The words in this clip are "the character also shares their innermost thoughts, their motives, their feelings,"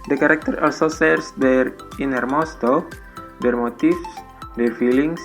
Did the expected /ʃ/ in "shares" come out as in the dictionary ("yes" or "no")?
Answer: no